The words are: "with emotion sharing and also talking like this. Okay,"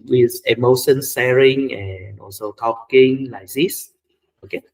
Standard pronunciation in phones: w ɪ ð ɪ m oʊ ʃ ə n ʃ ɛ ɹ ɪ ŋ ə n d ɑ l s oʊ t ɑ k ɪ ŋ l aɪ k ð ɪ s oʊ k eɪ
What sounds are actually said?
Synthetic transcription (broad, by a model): w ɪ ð ɪ m oʊ ʃ ə n s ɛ ɹ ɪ ŋ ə n ɑ l s oʊ t ɑ k ɪ ŋ l aɪ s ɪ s oʊ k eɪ